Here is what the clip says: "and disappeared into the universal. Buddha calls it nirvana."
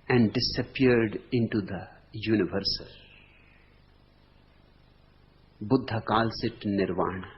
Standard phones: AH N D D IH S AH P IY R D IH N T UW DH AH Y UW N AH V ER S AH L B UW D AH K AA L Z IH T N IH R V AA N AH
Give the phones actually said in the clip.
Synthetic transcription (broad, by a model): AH N D D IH S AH P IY R D IH N T UW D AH Y UW N AH V ER S AH L B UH D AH K AA L S IH T N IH R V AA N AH